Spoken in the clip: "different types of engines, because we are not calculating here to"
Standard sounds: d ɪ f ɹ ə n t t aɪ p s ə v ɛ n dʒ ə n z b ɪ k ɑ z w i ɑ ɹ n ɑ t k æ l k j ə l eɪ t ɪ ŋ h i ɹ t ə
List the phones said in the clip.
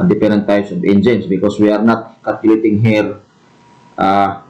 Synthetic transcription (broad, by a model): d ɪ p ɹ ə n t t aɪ s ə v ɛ n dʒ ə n s b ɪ k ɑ s w i ɑ ɹ n ɑ t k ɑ k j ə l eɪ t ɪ ŋ h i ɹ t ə